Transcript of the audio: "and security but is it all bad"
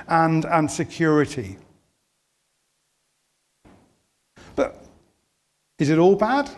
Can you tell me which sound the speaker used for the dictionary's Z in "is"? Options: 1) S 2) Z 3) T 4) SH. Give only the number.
2